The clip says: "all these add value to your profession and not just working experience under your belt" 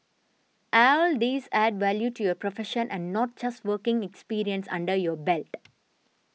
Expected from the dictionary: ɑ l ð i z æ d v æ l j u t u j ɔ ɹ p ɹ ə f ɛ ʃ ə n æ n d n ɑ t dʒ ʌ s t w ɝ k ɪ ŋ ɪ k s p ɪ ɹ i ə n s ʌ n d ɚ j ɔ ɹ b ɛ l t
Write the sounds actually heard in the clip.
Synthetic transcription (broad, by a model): ɑ l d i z æ d v æ l j u t u j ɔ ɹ p ɹ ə f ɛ ʃ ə n æ n d n ɑ t dʒ ʌ s t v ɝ k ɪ ŋ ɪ k s p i ɹ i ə n s ʌ n d ɚ j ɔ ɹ b ɛ l t